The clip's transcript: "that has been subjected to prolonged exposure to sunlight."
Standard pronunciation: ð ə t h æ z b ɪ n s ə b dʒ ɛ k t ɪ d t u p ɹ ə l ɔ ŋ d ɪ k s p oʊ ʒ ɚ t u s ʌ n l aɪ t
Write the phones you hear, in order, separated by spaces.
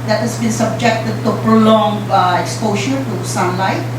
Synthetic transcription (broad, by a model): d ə t h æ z b ɪ n s ə b dʒ ɛ k t ɪ d t u p ɹ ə l ɔ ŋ ɪ k s p oʊ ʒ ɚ t u s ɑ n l aɪ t